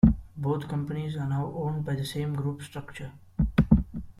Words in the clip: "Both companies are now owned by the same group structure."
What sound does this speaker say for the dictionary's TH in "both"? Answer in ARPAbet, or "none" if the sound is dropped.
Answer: T